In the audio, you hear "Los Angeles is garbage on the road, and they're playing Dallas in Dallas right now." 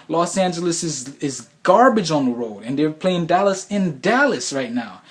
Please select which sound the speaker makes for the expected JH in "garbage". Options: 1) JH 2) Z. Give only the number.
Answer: 1